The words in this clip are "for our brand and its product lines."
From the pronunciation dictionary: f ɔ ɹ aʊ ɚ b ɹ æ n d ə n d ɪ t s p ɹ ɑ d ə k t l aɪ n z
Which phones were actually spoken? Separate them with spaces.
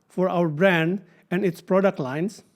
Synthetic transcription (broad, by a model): f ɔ ɹ aʊ ɚ b ɹ æ n d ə n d ɪ t s p ɹ ɑ d ə k t l aɪ n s